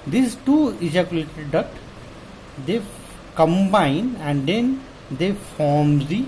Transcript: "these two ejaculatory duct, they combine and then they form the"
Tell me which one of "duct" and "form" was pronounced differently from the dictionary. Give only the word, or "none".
duct